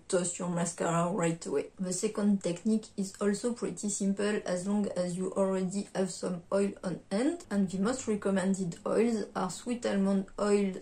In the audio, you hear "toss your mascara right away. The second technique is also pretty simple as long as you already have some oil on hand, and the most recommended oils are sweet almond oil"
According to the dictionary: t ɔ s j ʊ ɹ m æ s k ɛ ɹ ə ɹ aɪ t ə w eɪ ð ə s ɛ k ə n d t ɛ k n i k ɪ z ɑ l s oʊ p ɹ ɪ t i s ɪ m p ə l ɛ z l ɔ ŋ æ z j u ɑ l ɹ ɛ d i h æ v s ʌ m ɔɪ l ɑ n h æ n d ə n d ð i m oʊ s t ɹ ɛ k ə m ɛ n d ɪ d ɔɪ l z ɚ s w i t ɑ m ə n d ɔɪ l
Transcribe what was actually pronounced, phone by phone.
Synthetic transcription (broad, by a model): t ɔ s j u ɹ m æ s k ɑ ɹ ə ɹ aɪ t ə w eɪ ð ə s ɛ k ə n d t ɛ k n i k ɪ z ɑ l s oʊ p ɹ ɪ t i s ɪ m p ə l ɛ z l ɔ ŋ æ z j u ɑ l ɹ ɛ d i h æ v s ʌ m ɔɪ l ɑ n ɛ n d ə n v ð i m oʊ s t ɹ ɛ k ə m ɛ n d ɪ d ɔɪ l z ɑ s w i t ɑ m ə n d ɔɪ l